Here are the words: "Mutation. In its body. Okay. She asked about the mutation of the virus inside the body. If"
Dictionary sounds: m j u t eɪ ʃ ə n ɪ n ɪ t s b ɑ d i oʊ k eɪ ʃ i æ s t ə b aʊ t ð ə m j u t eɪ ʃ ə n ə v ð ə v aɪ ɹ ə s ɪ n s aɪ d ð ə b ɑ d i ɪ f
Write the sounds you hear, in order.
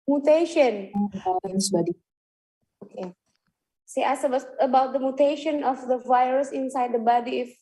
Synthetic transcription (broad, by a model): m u t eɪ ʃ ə n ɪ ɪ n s b ɑ d i oʊ k eɪ s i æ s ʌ ə b aʊ t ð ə m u t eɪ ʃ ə n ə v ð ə v aɪ ɹ ə s ɪ n s aɪ d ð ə b ɑ d i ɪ f